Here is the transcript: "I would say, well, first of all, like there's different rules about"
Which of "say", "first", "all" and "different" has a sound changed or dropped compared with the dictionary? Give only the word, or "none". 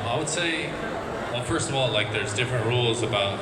none